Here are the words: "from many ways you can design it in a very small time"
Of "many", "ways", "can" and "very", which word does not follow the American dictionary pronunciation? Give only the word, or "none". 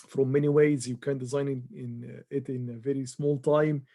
none